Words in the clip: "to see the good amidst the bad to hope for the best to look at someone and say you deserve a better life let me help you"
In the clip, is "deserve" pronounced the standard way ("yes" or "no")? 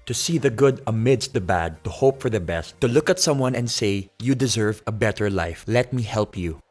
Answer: yes